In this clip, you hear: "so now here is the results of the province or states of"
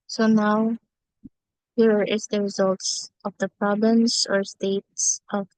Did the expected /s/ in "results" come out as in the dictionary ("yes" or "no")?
yes